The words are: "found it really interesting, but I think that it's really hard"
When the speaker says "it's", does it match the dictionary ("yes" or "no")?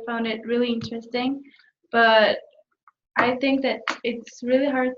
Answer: yes